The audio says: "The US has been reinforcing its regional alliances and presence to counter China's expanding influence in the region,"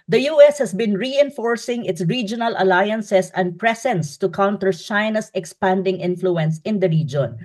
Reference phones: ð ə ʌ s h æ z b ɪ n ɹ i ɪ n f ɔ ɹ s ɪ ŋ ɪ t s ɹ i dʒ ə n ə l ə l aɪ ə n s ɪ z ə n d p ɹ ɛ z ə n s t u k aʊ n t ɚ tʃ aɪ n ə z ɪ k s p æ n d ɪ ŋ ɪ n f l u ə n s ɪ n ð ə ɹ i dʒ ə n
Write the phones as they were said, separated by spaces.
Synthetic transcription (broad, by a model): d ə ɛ s h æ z b ɪ n ɹ i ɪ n f ɔ ɹ s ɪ ŋ ɪ t s ɹ i dʒ ə n ə l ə l aɪ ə n s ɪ s ə n d p ɹ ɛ s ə n s t u k aʊ n t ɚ tʃ aɪ n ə s ɪ k s p æ n d ɪ ŋ ɪ n f l u ə n s ɪ n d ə ɹ i dʒ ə n